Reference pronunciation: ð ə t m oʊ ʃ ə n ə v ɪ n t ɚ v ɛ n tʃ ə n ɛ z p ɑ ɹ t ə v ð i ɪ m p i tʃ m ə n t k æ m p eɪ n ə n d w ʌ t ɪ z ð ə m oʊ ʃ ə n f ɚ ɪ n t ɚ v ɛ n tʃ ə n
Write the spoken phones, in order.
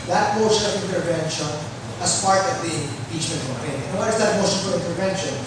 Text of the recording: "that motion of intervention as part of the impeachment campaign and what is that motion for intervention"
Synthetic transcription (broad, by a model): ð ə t m oʊ ʃ ə n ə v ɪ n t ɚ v ɛ n ʃ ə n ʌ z p ɑ ɹ t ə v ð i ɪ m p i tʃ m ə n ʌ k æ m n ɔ ə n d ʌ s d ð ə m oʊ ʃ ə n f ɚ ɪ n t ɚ v ɛ n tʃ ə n